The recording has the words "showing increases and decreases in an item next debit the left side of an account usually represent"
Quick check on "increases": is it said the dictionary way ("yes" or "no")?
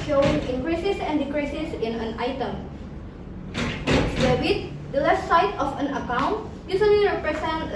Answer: no